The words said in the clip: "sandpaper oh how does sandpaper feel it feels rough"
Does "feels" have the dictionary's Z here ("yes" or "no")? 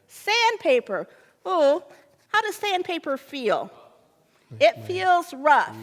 yes